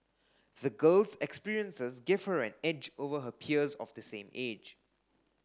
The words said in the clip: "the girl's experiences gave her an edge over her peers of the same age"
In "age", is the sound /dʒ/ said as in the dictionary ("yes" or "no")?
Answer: yes